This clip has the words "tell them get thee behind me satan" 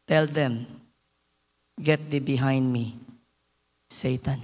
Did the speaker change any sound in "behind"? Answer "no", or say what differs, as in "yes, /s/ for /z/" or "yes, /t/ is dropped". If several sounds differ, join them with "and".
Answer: no